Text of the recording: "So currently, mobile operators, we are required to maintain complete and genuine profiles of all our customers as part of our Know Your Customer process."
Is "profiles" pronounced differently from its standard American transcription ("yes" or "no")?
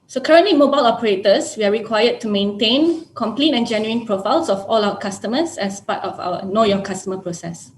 yes